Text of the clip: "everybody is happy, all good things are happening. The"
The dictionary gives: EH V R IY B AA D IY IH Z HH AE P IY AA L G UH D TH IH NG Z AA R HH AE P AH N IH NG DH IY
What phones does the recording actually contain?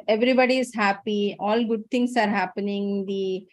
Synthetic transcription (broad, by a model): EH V R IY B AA D IY IH Z HH AE P IY AA L G UH D T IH NG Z AA R HH AE P AH N IH NG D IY